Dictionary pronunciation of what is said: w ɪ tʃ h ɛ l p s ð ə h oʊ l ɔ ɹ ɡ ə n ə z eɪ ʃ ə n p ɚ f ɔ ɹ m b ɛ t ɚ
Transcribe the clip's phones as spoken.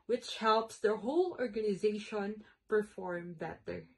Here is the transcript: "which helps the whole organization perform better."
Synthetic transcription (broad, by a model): w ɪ tʃ h ɛ l p s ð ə h oʊ l ɔ ɹ ɡ ə n ə z eɪ ʃ ə n p ɚ f ɔ ɹ m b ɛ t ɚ